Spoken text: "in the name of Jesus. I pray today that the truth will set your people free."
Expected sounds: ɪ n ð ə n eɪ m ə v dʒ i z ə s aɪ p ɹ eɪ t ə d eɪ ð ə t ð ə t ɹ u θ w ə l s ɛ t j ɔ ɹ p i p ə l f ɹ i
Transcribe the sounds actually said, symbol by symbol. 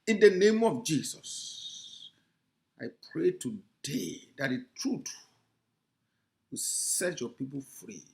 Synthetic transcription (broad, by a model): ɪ n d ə n eɪ m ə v dʒ i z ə s aɪ p ɹ eɪ t ə d eɪ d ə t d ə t ɹ u t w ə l s ɛ t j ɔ p i p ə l f ɹ i